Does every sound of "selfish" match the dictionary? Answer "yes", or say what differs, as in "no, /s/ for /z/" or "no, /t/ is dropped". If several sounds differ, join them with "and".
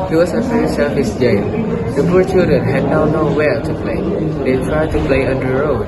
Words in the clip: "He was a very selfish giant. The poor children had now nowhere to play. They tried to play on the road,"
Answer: no, /s/ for /ʃ/